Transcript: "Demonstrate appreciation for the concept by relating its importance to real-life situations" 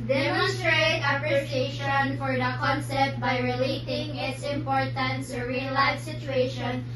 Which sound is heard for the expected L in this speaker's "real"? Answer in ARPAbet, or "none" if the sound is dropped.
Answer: N